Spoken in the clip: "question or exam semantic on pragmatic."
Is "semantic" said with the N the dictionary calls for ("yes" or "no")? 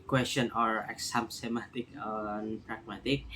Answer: no